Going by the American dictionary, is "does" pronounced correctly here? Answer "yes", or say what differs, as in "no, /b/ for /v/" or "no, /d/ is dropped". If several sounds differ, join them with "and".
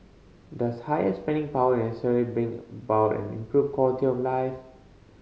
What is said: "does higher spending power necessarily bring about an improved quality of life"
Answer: no, /s/ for /z/